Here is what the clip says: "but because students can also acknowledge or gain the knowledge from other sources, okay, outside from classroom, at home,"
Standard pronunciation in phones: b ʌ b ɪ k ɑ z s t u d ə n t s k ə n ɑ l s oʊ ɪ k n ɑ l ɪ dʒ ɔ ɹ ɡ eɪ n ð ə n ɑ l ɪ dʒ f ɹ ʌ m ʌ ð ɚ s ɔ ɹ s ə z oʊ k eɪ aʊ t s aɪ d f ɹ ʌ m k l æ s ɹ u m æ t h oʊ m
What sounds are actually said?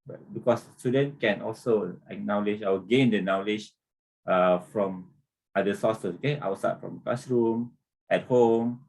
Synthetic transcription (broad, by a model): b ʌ b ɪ k ɑ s s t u d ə n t k ə n ɑ l s oʊ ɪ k n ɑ l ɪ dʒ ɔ w ɡ eɪ n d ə n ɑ l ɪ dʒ f ɹ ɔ m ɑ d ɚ s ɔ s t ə oʊ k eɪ aʊ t s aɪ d f ɹ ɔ m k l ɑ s ɹ u m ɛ t h oʊ m